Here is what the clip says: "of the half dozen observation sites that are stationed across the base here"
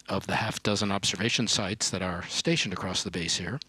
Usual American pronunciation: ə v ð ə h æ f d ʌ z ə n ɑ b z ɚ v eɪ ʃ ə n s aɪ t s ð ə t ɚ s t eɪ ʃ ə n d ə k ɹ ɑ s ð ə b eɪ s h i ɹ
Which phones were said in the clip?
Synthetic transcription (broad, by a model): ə v ð ə h æ f d ʌ z ə n ɑ b z ɚ v eɪ ʃ ə n s aɪ t s ð ə t ɚ s t eɪ ʃ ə n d ə k ɹ ɑ s ð ə b eɪ s h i ɹ